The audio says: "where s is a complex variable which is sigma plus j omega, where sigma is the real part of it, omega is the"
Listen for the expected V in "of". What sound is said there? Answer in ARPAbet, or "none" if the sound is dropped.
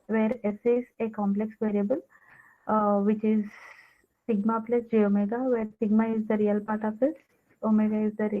P